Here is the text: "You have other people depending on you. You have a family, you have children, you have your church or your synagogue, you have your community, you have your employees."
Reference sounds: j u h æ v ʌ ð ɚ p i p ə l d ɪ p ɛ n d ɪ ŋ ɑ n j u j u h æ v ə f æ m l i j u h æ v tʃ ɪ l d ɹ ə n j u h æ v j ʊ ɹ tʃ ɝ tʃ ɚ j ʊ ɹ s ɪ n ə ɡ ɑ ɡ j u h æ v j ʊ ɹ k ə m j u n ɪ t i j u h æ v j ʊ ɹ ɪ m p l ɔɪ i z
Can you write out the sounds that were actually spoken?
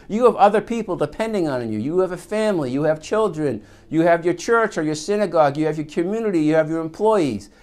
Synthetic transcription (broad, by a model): j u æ v ʌ ð ɚ p i p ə l d ɪ p ɛ n d ɪ ŋ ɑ n j u j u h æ v ə f æ m l i j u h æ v tʃ ɪ l d ɹ ə n j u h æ v j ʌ ɹ tʃ ɝ tʃ ɚ j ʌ ɹ s ɪ n ə ɡ ɑ ɡ j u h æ v j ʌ ɹ k ə m j u n ɪ t i j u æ v j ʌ ɹ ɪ m p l ɔɪ i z